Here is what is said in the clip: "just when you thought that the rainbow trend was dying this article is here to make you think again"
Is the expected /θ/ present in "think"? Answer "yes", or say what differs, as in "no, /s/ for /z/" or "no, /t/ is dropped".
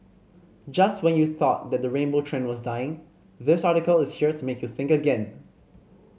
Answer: yes